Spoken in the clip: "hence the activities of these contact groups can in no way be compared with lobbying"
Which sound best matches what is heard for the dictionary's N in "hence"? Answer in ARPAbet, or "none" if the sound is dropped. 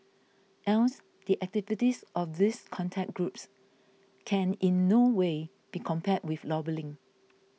L